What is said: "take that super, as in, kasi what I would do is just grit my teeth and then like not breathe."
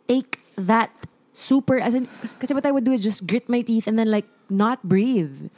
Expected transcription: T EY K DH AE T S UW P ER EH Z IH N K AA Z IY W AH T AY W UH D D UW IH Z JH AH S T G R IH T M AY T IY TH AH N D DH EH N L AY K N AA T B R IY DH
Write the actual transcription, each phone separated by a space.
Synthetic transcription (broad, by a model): T EY K DH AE T S UW P ER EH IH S K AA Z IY W AH T AY W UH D D UW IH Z JH AH S T G R IH T M AY T IY TH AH N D DH EH N L AY K N AA T B R IY DH